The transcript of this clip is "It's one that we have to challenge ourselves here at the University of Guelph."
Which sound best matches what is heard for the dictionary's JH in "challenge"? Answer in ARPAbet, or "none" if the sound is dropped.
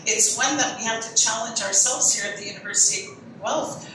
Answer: JH